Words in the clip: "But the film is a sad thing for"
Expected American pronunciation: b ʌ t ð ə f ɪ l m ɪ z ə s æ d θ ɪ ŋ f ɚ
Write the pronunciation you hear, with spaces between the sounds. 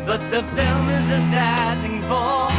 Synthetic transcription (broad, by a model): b ʌ t ð ə f ɪ l m ɪ z ə s æ d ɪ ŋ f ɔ